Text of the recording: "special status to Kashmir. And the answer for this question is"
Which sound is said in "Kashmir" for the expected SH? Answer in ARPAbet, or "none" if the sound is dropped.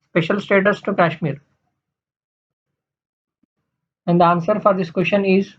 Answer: SH